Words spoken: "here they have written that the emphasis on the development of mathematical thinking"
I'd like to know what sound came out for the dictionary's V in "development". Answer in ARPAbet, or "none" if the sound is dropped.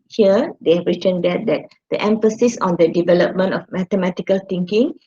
V